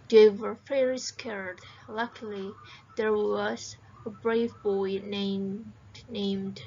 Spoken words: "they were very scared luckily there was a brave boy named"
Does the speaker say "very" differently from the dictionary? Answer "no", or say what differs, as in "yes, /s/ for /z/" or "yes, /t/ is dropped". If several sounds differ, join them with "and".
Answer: yes, /f/ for /v/